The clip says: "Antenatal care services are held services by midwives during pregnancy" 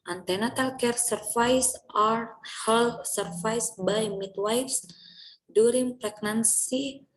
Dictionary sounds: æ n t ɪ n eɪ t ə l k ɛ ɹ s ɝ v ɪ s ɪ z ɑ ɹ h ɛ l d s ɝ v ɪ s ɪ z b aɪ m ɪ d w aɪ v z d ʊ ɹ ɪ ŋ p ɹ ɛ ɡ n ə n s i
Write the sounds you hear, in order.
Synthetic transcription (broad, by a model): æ n t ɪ n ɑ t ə l k ɛ ɹ s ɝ f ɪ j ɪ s ɑ ɹ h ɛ l s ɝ f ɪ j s b aɪ m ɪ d w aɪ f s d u ɹ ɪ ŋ p ɹ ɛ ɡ n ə n s i